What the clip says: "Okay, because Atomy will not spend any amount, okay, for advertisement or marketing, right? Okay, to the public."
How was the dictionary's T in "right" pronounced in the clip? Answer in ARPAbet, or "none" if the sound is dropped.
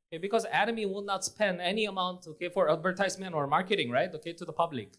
T